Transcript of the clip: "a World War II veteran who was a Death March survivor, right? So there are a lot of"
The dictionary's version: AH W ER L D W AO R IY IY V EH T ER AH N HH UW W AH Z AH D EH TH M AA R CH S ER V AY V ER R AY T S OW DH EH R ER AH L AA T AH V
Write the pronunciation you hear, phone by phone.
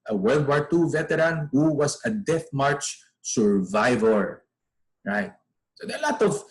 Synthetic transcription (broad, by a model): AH W ER L D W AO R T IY V EH T ER AH N HH UW W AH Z AH D EH TH M AA R CH S ER V AY V ER R AY T S OW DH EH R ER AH L AA T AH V